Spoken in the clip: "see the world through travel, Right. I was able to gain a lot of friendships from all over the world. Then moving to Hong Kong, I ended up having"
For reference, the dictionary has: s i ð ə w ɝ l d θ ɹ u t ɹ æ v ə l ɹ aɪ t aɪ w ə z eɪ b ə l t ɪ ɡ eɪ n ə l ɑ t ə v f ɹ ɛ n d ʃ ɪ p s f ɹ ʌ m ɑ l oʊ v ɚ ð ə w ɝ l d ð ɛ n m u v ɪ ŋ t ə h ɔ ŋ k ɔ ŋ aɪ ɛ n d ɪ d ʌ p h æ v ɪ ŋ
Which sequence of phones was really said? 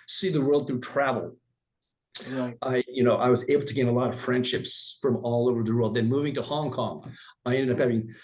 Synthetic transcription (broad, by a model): s i ð ə w ɝ l d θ u t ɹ æ v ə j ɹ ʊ t aɪ w ə z eɪ b l t ɪ ɡ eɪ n ə l ɑ t ə v f ɹ ɛ n d ʃ ɪ p s f ɹ ʌ m ɑ l oʊ v ɚ ð ə w ɝ l d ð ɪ n m u v ɪ ŋ t ə h ɔ ŋ k ɔ ŋ aɪ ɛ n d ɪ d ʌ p h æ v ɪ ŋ